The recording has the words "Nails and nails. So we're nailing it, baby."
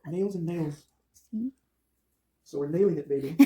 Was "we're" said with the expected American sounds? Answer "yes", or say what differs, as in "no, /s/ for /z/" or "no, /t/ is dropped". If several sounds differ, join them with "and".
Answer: yes